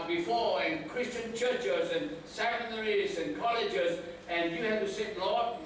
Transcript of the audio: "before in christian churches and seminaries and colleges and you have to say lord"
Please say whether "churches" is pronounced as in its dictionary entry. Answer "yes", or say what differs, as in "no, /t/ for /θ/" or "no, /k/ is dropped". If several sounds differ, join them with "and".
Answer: yes